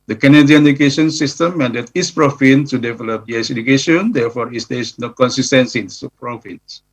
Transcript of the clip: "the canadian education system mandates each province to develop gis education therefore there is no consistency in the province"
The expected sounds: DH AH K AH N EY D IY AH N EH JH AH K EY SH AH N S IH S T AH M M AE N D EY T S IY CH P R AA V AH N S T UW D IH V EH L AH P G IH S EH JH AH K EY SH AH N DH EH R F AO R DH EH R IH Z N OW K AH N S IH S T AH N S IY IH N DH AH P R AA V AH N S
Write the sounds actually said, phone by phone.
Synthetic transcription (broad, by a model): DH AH K AH N EY D IY AH N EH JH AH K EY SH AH N S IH S T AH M M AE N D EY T IY S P R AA F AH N T UW D IH V EH L AH P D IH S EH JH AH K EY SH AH N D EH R F AO R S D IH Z N OW K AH N S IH S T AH N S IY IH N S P R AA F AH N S